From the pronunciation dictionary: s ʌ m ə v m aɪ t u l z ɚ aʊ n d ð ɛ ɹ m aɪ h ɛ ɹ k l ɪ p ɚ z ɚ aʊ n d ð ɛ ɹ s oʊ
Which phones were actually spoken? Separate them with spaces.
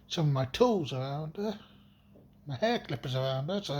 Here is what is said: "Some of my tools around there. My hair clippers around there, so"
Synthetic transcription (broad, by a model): s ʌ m ə v m aɪ t u l z ɚ aʊ n d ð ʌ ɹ m aɪ h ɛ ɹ k l ɪ p ɚ z ɚ aʊ n d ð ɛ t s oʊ